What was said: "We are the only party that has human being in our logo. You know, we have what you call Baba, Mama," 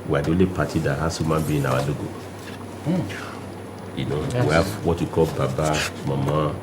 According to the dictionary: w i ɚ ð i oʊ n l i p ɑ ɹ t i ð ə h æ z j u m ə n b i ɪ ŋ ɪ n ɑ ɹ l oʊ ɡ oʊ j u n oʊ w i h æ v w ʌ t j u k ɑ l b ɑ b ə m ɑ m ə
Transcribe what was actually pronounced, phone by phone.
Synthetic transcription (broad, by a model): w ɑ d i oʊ l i p ɑ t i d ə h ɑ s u m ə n b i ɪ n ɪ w ɑ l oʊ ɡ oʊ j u n oʊ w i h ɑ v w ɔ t j u k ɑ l b ɑ b ə m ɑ m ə